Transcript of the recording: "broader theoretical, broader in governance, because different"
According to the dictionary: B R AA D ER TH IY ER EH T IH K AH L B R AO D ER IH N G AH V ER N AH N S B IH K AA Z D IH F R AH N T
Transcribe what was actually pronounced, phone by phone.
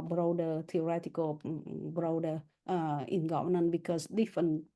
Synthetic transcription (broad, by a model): B R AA D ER T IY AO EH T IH K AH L B R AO D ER IH N G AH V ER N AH N B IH K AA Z D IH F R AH N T